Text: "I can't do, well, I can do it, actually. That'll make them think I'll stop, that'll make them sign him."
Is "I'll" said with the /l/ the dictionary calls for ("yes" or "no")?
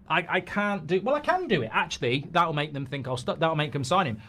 yes